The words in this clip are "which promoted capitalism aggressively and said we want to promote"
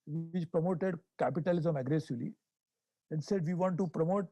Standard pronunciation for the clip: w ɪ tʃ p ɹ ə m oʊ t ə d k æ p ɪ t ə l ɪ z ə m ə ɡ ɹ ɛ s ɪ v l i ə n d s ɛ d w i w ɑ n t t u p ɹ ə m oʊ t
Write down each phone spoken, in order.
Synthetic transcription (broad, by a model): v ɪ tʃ p ɹ ə m oʊ t ə d k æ p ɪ t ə l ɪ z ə m ə ɡ ɹ ɛ s ɪ v l i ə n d s ɛ d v i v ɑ n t t u p ɹ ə m oʊ t